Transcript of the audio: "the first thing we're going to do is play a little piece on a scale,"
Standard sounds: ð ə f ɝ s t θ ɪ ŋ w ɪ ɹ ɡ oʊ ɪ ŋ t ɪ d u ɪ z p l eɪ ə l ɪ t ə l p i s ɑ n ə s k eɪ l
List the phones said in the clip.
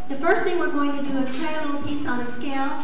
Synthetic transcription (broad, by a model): ð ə f ɝ s t θ ɪ ŋ w ɪ ɹ ɡ oʊ ɪ ŋ t ɪ d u ɪ z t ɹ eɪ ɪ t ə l p i s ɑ n ə s k eɪ l